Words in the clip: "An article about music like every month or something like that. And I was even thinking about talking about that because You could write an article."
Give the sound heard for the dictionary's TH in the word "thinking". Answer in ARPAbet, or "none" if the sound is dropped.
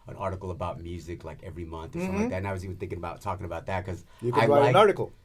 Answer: TH